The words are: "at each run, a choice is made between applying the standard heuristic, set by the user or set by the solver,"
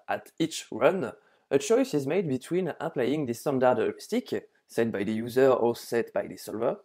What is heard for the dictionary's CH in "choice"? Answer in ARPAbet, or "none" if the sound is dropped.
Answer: CH